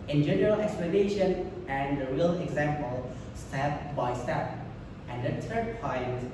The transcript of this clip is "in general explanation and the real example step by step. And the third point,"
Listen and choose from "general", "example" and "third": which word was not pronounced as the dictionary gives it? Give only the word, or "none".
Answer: third